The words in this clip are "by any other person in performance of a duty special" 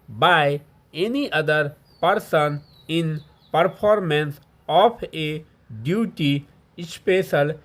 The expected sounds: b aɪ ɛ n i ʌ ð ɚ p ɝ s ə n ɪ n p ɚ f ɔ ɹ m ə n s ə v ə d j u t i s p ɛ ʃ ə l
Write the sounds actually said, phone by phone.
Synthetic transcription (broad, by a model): b aɪ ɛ n i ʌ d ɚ p ɝ s ə n ɪ n p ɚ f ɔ ɹ m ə n s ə p ə d j u t i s p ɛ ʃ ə l